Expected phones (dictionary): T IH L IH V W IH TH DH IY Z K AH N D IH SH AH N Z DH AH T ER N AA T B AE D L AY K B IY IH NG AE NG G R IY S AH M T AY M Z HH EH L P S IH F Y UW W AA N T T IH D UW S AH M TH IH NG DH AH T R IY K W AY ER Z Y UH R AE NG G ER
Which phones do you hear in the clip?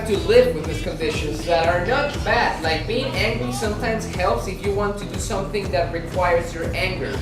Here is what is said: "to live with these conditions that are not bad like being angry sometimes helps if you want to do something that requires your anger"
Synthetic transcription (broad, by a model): T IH L IH V W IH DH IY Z K AH N D IH SH AH N Z DH AH T ER N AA T B AE D L AY K B IY IH NG AE NG G R IY S AH M T AY M Z HH EH L P S IH F Y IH W AA N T T IH D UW S AH M TH IH NG DH AH T R IY K W AY ER Z Y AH R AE NG G ER